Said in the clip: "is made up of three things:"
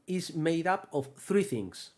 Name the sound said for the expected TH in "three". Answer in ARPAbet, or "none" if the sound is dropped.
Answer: TH